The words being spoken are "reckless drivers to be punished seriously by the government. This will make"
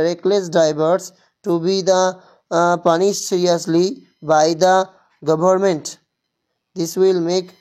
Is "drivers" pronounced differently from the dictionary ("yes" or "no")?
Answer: yes